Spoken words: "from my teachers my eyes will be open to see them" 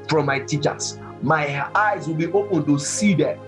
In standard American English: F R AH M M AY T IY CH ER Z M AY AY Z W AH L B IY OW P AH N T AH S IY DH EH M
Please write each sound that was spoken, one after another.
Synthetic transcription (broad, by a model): F R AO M M AY T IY CH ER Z M AY AY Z W AH L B IY OW P AH N T AH S IY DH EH